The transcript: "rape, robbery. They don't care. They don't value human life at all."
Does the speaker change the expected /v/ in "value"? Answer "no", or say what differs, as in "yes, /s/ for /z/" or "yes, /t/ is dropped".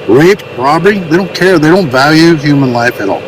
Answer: no